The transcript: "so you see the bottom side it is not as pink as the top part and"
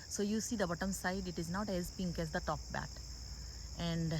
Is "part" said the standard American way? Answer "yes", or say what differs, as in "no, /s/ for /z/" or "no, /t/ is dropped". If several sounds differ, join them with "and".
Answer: no, /b/ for /p/